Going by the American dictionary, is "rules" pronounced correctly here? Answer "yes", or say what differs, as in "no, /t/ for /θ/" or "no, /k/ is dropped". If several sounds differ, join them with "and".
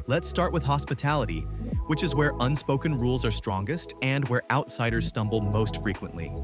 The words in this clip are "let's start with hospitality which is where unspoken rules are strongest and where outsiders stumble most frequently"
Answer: yes